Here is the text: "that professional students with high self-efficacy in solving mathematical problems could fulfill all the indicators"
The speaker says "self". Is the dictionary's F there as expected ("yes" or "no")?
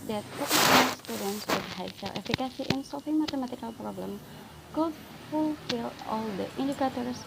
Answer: no